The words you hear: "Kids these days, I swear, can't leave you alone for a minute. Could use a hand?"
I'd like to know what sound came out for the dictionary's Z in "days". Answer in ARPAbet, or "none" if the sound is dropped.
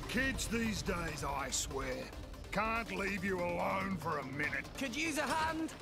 Z